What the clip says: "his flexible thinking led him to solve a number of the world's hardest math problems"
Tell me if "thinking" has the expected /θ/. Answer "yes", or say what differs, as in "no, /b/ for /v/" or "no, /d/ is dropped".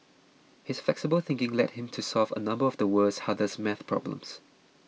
yes